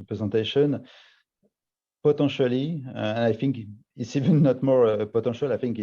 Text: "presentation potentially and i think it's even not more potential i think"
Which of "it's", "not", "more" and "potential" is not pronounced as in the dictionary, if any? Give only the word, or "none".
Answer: potential